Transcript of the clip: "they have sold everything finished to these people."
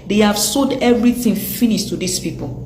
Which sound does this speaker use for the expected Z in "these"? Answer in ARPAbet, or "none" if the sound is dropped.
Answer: S